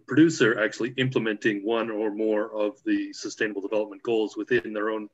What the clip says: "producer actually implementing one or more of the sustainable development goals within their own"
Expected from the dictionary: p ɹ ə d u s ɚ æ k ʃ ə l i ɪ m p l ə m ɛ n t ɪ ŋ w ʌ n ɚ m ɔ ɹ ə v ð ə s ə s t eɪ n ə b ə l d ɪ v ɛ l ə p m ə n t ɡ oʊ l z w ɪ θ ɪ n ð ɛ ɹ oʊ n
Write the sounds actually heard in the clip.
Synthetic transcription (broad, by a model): p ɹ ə d u s ɚ æ k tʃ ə l i ɪ m p l ə m ɛ n t ɪ ŋ w ʌ n ɚ m ɔ ɹ ə v ð ə s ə s t eɪ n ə b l d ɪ v ɛ l ə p m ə n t ɡ oʊ l z w ɪ θ ɪ n ð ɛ ɹ oʊ n